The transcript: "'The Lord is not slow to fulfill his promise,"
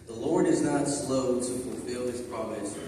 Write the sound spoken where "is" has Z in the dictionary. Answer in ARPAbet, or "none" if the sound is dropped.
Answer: Z